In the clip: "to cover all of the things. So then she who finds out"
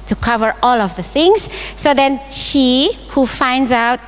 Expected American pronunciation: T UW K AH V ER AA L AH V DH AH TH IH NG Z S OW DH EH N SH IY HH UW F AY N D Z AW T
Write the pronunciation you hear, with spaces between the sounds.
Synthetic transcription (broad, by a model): T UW K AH V ER AA L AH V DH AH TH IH NG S S OW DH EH N SH IY HH UW F AY N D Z AW T